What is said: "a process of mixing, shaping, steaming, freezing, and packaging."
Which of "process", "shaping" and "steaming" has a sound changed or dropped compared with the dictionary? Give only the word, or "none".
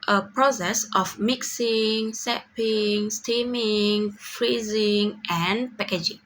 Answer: shaping